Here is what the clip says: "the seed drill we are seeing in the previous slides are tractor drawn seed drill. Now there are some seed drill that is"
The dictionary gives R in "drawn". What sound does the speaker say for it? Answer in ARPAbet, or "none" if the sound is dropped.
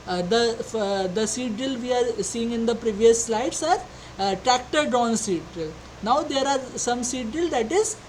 none